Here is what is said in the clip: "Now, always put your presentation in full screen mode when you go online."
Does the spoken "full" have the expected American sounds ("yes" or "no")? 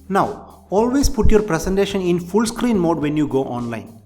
yes